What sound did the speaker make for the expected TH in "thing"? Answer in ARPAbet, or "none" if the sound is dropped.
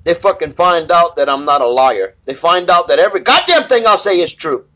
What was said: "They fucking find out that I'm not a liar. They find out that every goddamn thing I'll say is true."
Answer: TH